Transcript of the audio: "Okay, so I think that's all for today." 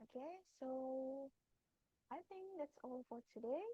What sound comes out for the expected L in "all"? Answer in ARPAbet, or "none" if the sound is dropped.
L